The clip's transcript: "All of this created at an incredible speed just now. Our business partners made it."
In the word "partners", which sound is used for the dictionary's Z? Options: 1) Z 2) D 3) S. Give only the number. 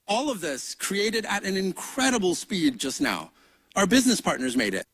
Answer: 1